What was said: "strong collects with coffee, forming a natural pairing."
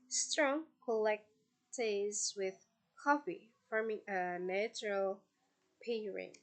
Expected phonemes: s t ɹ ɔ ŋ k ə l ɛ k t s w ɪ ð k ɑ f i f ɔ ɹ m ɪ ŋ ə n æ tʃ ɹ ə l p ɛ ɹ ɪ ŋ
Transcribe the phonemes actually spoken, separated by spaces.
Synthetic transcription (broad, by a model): s t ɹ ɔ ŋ k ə l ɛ k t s w ɪ ð k ɑ f i f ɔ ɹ m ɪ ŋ ə n æ tʃ ɹ ə l p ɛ ɹ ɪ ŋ